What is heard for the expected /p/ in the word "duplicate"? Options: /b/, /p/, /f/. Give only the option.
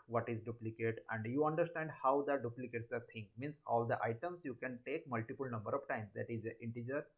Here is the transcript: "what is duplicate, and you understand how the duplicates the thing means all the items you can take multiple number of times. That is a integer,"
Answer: /p/